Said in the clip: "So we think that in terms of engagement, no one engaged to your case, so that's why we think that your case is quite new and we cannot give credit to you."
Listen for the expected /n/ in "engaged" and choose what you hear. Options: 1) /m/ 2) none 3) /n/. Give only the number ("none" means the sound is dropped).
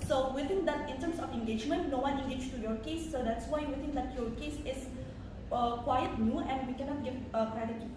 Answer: 2